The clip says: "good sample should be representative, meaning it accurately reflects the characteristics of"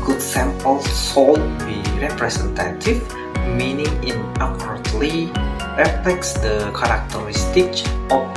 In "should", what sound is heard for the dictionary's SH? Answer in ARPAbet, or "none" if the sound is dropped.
S